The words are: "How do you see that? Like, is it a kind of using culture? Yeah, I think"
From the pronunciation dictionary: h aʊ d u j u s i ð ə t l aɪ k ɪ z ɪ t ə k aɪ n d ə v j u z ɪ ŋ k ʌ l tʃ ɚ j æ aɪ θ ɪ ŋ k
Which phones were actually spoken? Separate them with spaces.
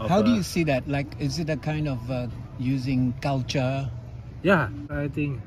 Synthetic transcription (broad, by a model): h aʊ d u j u s i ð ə t l aɪ k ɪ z ɪ t ə k aɪ n d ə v j u z ɪ ŋ k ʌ l tʃ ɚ j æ aɪ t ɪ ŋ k